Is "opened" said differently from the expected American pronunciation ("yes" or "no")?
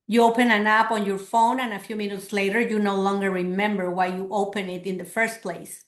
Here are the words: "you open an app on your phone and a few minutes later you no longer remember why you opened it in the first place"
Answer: yes